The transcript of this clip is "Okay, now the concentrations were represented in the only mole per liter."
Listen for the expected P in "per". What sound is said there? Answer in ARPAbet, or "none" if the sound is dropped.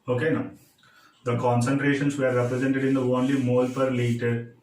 P